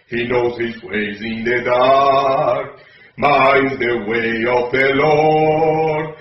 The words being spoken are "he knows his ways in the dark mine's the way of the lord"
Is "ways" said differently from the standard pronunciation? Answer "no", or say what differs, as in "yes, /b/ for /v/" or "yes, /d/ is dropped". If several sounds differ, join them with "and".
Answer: no